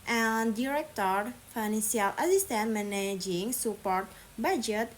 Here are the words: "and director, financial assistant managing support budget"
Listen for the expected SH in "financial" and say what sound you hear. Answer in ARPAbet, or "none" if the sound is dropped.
S